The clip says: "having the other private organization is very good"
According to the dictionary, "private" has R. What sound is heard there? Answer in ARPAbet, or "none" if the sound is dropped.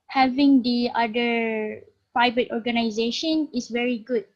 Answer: none